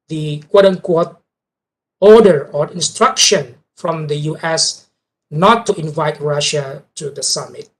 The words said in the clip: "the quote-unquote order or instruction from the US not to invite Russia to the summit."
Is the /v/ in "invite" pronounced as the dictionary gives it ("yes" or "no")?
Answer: yes